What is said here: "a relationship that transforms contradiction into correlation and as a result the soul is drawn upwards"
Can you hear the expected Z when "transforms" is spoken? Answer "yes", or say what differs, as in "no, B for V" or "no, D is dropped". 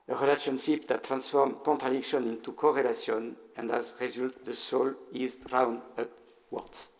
no, Z is dropped